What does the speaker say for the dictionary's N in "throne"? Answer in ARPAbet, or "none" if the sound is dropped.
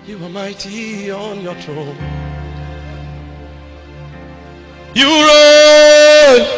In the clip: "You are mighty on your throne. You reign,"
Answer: L